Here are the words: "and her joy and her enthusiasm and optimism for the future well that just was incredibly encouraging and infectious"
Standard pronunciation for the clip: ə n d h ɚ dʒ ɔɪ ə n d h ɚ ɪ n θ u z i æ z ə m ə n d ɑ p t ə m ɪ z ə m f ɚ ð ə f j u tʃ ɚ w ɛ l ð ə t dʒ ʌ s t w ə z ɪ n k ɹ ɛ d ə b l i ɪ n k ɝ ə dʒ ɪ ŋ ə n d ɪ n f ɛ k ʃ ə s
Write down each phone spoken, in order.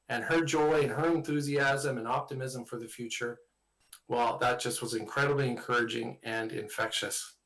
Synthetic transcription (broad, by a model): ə n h ɚ dʒ ɔɪ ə n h ɚ ɪ n θ u z i æ z ə m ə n ɑ p t ə m ɪ z ə m f ɚ ð ə f j u tʃ ɚ w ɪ l ð ə t dʒ ʌ s t w ə z ɪ n k ɹ ɛ d ə b l i ɪ n k ɝ ə dʒ ɪ ŋ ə n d ɪ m f ɛ k ʃ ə s